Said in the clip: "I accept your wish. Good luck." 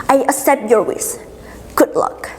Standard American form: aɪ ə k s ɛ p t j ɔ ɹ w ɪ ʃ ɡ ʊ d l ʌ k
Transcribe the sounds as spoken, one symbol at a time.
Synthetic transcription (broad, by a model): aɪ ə s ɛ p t j ɔ ɹ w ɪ s ɡ ʊ d l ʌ k